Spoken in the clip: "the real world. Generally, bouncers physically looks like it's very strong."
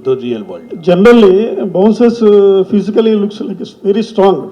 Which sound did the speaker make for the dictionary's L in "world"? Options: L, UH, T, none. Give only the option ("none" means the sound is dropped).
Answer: none